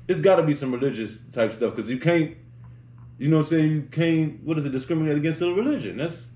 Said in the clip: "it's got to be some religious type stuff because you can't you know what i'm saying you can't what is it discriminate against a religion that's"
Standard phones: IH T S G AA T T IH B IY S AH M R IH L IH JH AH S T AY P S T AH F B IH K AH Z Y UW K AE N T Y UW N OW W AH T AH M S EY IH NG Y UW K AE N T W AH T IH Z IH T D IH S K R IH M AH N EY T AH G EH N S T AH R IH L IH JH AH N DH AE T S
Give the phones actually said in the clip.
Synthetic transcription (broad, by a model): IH T S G AA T T IH B IY S AH M R IH L IH JH AH S T AY P S T AH F K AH Z Y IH K AE N T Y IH N OW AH S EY IH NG Y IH K AE N T W AH T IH Z IH T D IH S K R IH M AH N EY T AH G EH N S T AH R IH L IH JH AH N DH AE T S